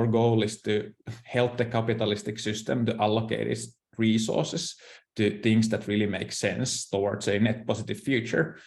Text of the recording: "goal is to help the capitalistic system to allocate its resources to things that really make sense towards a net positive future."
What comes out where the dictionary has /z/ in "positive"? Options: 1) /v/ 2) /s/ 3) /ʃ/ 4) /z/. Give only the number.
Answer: 2